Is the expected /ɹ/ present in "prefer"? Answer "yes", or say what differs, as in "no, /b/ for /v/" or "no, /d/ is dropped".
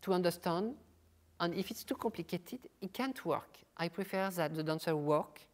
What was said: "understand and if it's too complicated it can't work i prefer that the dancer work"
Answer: yes